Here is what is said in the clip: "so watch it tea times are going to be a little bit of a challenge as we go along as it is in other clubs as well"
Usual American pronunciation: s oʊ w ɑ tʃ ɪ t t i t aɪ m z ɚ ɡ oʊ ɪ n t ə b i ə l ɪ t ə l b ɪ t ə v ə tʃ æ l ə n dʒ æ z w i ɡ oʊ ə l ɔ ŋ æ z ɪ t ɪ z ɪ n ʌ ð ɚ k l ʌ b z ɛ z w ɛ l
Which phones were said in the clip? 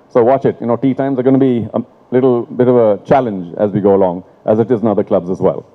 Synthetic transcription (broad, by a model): s oʊ w ɑ tʃ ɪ t t i t aɪ m z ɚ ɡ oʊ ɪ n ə b i ə l ɪ t l b ɪ t ə v ə tʃ æ l ə n dʒ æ z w i ɡ oʊ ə l ɔ ŋ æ z ɪ t ɪ z ɪ n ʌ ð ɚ k l ʌ b z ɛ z w ɛ l